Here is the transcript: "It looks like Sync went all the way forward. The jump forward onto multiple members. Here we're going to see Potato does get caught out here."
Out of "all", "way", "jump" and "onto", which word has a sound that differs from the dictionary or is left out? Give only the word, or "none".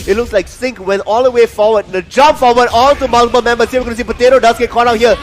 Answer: onto